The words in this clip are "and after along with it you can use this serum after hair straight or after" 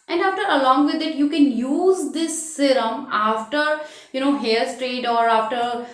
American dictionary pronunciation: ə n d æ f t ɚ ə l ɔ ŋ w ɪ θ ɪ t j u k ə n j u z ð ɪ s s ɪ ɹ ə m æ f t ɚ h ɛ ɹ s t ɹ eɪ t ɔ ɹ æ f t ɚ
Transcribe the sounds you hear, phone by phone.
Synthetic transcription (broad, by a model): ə n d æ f t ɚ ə l ɔ ŋ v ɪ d ɪ t j u k ə n j u z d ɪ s s ɪ ɹ ə m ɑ f t ɚ h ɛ l s t ɹ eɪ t ɔ ɹ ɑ f t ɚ